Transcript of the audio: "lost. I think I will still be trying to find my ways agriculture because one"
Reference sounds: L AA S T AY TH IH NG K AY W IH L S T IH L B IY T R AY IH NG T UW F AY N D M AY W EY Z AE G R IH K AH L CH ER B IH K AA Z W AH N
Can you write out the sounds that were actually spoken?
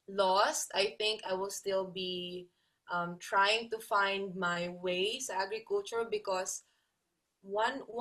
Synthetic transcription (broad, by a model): L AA S T AY TH IH NG K AY W IH L S T IH L B IY T R AY IH NG T UW F AY N D M AY W EY S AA G R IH K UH L CH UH B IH K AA S W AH N